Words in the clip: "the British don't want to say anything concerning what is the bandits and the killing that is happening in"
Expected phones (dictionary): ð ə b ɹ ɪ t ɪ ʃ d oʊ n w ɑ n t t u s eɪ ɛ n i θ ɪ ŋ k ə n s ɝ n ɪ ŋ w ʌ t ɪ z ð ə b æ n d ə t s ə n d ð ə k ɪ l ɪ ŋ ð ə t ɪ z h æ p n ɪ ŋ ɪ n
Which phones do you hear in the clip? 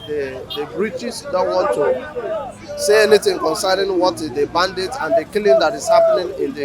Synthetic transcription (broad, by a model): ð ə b ɹ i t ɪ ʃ d oʊ n w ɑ n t t u s eɪ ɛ n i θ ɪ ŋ k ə n s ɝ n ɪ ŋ w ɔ t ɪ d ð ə b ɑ n d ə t ə n d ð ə k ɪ l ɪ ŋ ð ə t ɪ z h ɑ p n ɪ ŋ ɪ n